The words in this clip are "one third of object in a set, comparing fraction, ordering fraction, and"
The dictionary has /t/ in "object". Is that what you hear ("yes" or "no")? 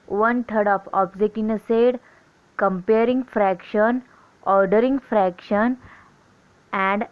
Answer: no